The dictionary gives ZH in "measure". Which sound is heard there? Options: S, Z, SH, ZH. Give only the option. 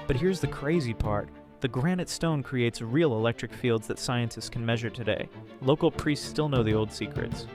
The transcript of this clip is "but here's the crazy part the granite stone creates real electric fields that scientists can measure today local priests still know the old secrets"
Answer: ZH